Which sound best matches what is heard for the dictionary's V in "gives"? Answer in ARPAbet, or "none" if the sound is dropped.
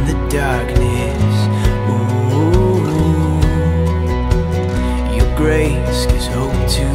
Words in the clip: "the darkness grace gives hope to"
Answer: none